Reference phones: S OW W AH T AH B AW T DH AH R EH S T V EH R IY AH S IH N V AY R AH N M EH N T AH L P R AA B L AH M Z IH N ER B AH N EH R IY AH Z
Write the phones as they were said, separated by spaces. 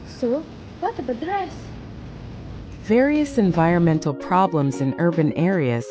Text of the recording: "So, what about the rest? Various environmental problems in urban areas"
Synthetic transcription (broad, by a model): S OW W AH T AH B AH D R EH S V EH R IY AH S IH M V AY R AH N M EH N T L P R AA B L AH M Z IH N ER B AH N EH R IY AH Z